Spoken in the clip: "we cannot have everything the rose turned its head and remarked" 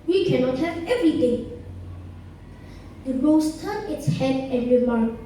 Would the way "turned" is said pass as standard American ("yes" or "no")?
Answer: no